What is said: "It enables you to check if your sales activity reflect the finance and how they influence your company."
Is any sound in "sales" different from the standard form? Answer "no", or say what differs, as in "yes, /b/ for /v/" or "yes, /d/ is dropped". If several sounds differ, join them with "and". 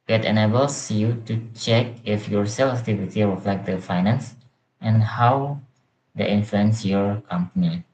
yes, /z/ is dropped